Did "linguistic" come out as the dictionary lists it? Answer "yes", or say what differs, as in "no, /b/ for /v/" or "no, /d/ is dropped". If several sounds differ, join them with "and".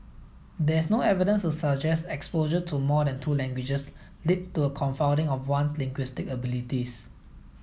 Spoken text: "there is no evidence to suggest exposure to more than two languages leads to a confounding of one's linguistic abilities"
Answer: yes